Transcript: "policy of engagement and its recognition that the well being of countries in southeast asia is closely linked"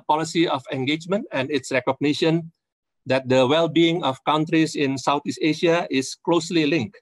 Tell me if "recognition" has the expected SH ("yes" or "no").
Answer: yes